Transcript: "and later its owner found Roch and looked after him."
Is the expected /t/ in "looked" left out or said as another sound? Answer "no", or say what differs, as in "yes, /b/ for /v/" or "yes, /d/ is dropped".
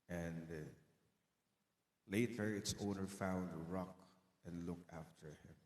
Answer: yes, /t/ is dropped